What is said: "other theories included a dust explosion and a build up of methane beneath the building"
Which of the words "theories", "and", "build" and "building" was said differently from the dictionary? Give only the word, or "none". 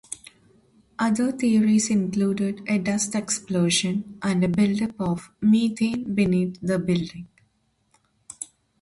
theories